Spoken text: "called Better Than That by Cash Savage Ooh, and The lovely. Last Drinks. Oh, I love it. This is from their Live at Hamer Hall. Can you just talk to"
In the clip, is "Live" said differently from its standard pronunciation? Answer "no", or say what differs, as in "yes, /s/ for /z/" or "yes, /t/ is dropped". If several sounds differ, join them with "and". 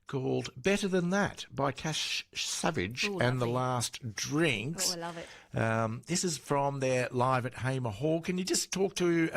no